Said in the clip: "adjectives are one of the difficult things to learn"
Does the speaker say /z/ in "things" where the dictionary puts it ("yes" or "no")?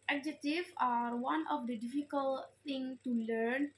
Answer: no